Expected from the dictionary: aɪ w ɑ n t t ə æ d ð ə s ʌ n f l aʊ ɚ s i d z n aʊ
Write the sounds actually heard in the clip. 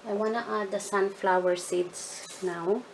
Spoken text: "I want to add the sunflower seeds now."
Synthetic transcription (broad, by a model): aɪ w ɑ n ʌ t ə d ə s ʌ n f l aʊ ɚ s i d s n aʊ